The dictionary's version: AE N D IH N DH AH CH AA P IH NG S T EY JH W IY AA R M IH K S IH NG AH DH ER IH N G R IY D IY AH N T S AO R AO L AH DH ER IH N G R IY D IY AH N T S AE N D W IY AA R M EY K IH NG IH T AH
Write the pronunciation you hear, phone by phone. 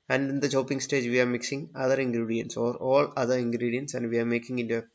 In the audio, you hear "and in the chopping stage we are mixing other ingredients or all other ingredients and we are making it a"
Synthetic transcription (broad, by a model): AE N D IH N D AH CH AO P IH NG S T EY JH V IY AA R M IH K S IH NG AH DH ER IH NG G R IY D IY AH N T S AO R AO L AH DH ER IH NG G R IY D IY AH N T S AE N D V IY AA R M EY K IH NG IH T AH